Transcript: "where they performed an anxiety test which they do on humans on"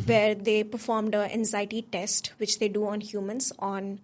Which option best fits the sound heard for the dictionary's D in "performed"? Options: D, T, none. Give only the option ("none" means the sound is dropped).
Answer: D